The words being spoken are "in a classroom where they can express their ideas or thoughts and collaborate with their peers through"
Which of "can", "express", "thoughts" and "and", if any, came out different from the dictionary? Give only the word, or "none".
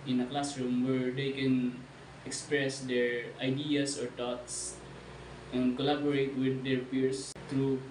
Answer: thoughts